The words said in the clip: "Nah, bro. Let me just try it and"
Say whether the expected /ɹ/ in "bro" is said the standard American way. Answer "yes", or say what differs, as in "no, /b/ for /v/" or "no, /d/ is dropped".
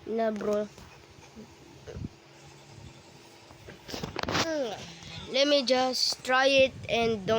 yes